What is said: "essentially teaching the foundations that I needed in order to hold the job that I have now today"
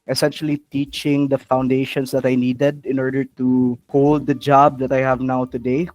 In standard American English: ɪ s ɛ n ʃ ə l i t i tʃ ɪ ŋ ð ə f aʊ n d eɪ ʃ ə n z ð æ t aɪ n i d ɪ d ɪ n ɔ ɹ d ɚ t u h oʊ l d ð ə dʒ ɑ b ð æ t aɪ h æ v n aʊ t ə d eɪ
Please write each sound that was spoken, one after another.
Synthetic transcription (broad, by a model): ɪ s ɛ n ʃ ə l i t i tʃ ɪ ŋ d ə f aʊ n d eɪ ʃ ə n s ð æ t aɪ n i d ɪ d ɪ n ɔ ɹ d ɚ t u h oʊ l d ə dʒ ɑ b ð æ t aɪ h æ v n aʊ t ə d eɪ